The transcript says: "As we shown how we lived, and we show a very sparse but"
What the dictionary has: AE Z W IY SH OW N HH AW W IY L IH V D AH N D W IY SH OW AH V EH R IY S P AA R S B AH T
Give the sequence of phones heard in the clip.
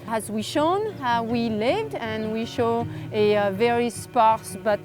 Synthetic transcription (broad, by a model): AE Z W IY SH OW N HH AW W IY L IH V D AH N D W IY SH OW AH V EH R IY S P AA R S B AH T